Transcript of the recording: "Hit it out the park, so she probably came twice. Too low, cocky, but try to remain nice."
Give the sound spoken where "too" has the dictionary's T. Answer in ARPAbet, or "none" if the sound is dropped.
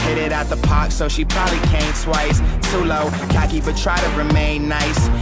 S